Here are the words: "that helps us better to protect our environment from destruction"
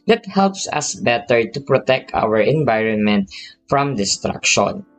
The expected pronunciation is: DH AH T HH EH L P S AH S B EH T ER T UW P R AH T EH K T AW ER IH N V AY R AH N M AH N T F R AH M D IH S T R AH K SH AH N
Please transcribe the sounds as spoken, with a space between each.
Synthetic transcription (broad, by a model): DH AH T HH EH L P S AH S B EH T ER T UW P R AH T EH K T AW ER IH N V AY R AH N M AH N T F R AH M D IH S T R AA K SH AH N